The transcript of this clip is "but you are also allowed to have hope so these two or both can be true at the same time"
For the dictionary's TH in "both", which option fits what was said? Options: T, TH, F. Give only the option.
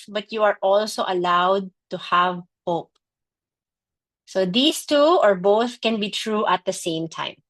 TH